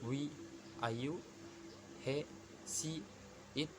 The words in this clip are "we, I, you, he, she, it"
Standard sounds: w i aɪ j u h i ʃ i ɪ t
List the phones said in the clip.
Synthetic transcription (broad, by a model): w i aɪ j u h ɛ s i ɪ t